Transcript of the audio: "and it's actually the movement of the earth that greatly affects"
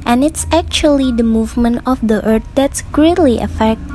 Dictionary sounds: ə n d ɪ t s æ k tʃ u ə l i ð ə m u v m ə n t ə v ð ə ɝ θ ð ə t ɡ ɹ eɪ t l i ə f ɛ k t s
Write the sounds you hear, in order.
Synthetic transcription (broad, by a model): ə n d ɪ t s æ k tʃ u ə l i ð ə m u v m ə n t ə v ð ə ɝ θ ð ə t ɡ ɹ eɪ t l i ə f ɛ k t